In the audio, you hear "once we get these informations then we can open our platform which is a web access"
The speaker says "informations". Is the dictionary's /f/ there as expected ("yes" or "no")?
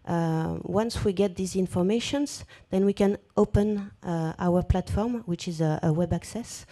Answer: yes